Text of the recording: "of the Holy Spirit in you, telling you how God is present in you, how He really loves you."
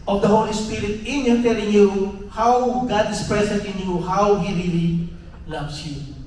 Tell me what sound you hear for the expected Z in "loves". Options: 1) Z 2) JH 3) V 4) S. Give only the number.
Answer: 4